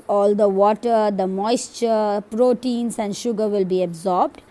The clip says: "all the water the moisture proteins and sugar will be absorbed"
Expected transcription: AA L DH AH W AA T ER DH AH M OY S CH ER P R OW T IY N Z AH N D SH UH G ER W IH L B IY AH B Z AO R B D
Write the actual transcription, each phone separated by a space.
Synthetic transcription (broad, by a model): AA L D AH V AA T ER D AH M OY S CH ER P R OW T IY N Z AH N D SH UH G ER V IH L B IY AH B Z AO R B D